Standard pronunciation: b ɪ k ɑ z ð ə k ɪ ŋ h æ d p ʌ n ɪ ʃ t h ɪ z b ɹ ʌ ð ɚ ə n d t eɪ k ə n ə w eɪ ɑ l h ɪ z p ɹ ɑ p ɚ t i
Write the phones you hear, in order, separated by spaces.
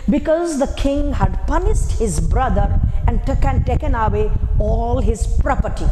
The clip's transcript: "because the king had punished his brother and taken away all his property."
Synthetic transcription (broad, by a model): b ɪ k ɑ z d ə k ɪ ŋ h æ d p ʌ n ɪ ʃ t h ɪ z b ɹ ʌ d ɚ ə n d t eɪ k ə n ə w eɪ ɑ l h ɪ z p ɹ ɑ p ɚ t i